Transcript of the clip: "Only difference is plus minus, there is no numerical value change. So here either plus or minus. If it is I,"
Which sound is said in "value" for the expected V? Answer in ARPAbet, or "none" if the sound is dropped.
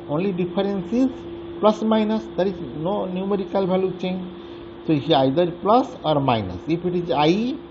B